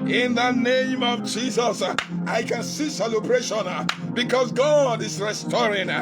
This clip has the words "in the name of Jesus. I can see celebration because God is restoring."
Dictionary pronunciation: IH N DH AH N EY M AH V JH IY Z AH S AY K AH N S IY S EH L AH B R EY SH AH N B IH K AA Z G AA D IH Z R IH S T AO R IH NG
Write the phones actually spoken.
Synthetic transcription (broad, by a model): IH N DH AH N EY M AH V JH IY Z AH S AY K AH N S IY S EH L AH B R EY SH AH N B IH K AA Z G AA D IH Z R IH S T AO R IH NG